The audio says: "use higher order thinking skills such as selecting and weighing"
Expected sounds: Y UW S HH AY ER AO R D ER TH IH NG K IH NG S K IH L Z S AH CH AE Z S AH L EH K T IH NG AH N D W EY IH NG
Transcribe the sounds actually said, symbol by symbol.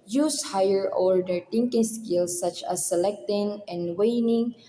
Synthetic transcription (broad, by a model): Y UW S HH AY ER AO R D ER T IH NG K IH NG S K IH L S AH CH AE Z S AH L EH K T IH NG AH N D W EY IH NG